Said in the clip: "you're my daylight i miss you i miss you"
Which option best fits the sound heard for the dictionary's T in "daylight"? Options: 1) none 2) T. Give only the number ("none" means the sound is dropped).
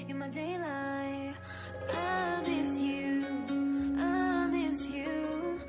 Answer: 1